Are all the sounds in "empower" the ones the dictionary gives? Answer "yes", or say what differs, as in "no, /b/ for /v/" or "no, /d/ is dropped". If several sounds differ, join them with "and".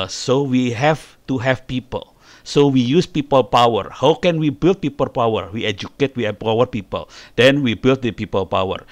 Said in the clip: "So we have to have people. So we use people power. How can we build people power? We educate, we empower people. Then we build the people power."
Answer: no, /m/ is dropped